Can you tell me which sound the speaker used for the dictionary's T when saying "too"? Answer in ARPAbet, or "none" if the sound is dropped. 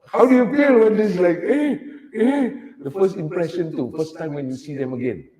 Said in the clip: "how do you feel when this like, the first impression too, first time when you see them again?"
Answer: T